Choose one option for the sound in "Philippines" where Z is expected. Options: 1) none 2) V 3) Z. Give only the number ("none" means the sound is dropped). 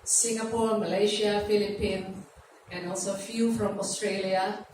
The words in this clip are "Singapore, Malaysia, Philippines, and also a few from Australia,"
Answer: 1